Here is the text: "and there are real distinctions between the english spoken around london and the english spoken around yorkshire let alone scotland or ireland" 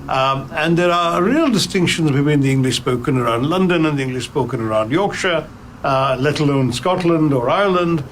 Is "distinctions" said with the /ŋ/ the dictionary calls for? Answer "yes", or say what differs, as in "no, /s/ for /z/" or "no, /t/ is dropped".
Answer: yes